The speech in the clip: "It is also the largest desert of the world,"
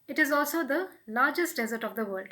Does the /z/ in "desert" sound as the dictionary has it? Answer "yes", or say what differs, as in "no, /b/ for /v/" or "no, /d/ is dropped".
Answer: yes